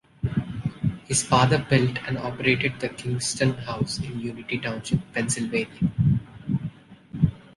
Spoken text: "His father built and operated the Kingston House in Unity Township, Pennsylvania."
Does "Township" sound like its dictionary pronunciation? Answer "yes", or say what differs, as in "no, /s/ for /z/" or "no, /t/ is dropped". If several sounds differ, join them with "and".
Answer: no, /s/ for /ʃ/